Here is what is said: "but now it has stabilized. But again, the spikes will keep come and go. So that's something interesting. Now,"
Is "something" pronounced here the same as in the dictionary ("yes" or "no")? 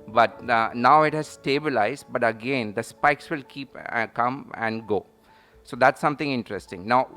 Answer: no